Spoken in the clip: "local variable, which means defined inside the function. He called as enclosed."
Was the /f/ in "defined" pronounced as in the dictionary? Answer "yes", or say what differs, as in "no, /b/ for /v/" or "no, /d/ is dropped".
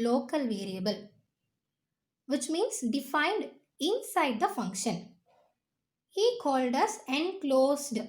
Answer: yes